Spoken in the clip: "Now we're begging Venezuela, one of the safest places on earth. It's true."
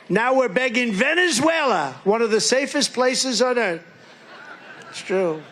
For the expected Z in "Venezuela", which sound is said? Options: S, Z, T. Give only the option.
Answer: Z